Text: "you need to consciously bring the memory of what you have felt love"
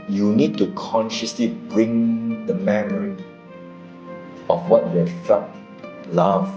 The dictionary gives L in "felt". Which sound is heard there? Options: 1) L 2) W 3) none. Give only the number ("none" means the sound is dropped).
3